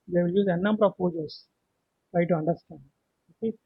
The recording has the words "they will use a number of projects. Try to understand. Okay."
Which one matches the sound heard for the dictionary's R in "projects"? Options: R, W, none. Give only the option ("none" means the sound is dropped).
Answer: none